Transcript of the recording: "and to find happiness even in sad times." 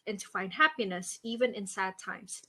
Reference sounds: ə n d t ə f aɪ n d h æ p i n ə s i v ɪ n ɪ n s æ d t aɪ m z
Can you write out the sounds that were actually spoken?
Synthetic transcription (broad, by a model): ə n t ə f aɪ n d h æ p i n ə s i v ɪ n ɪ n s æ d t aɪ m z